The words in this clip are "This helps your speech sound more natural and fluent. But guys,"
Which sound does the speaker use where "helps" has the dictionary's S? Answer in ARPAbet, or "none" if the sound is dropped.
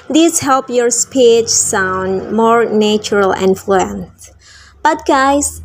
none